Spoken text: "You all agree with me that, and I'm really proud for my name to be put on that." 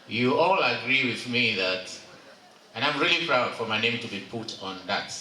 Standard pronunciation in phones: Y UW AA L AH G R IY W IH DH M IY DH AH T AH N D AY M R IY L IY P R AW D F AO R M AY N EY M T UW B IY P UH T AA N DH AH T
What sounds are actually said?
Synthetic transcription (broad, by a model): Y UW AA L AH G R IY W IH DH M IY DH AH T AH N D AY M R IY L IY P R AW D F AO R M AY N EY M T UW B IY P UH T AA N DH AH T